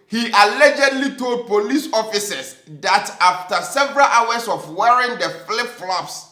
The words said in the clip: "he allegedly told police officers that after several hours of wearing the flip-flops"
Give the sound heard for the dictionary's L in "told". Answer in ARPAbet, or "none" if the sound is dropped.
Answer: L